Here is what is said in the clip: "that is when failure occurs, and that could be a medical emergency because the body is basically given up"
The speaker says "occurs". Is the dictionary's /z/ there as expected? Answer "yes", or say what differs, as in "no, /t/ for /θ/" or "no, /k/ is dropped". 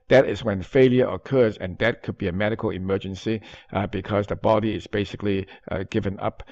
yes